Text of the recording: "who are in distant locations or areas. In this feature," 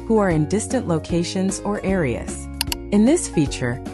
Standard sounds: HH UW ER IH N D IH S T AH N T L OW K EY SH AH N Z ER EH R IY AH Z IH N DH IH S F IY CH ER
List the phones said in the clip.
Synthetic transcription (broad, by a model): HH UW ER IH N D IH S T AH N T L OW K EY SH AH N Z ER EH R IY AH Z IH N DH IH S F IY CH ER